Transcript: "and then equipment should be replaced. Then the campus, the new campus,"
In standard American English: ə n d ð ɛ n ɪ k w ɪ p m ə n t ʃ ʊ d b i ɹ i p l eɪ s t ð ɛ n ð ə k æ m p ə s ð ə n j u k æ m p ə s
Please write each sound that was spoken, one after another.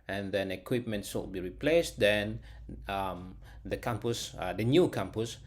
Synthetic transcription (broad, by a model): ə n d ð ɛ n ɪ k w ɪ p m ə n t s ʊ b i ɹ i p l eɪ s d ɛ n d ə k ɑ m p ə s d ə n j u k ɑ m p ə s